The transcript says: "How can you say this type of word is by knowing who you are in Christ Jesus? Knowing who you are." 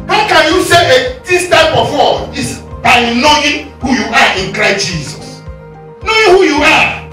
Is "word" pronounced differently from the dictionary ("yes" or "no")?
yes